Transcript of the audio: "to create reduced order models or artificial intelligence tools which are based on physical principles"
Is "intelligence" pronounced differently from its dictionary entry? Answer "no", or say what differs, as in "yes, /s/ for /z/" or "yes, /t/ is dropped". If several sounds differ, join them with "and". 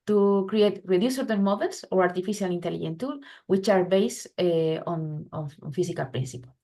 yes, /s/ is dropped